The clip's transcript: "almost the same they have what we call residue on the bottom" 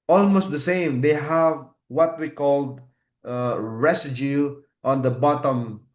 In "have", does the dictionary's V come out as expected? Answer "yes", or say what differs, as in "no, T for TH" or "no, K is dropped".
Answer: yes